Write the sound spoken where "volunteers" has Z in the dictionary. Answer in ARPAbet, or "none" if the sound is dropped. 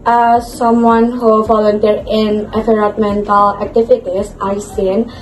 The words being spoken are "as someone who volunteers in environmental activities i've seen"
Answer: none